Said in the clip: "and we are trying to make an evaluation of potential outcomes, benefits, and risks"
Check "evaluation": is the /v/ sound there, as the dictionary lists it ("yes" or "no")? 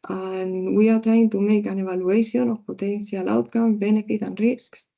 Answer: no